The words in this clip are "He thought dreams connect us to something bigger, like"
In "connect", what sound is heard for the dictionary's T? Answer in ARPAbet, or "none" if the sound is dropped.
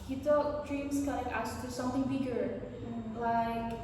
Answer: none